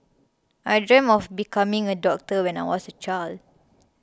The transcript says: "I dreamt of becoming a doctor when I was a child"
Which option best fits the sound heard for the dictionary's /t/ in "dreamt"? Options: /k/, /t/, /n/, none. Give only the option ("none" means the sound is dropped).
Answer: none